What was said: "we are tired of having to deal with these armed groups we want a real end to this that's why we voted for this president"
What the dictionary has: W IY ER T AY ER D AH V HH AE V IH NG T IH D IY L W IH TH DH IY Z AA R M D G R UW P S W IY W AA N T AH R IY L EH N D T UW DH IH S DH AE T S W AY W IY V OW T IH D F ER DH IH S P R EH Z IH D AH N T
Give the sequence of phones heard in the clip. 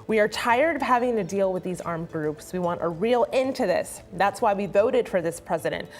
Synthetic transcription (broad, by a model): W IY ER T AY ER D AH V HH AE V IH NG T IH D IY L W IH DH IY Z AA R M G R UW P S W IY W AA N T AH R IY L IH N T UW DH IH S DH AE T S W AY W IY V OW T IH D F ER DH IH S P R EH Z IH D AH N T